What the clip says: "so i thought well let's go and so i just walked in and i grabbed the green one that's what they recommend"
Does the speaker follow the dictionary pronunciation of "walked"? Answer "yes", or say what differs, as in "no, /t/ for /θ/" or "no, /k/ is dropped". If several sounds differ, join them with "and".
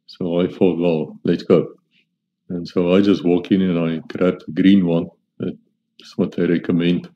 no, /t/ is dropped